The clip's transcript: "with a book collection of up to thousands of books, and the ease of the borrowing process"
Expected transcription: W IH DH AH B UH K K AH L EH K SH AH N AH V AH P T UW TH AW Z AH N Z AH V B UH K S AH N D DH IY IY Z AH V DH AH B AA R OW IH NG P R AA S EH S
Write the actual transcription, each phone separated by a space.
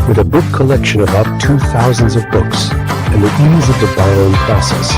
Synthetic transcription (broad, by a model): W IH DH AH B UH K K AH L EH K SH AH N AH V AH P T UW TH AW Z AH N Z AH V B UH K S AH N DH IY IY Z AH V DH AH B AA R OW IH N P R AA S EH S